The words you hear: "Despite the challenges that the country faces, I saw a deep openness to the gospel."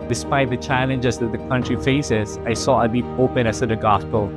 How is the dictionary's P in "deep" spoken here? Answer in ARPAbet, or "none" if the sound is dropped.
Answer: none